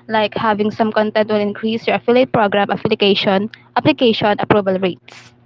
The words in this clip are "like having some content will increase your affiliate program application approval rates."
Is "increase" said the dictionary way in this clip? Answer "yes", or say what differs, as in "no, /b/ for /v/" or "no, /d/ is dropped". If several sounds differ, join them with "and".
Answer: yes